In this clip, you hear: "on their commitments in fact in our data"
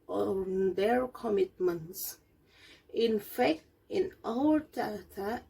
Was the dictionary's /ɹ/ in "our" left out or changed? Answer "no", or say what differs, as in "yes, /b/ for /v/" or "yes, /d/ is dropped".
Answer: yes, /l/ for /ɹ/